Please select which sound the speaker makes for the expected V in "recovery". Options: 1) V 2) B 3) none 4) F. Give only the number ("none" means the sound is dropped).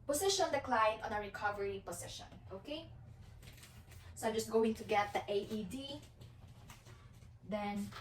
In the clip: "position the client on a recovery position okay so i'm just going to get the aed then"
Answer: 1